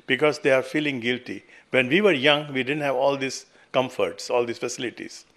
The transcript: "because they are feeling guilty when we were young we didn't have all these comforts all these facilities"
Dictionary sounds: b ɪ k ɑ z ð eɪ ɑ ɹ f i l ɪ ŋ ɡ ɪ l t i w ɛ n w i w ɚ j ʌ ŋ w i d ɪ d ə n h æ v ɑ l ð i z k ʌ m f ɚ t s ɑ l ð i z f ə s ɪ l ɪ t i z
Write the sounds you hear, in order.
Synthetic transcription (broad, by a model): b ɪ k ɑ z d eɪ ɑ ɹ f i l ɪ ŋ ɡ ɪ l t i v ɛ n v i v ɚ j ʌ ŋ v i d ɪ d ə n h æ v ɑ l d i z k ʌ m f ɚ t s ɑ l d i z f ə s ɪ l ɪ t i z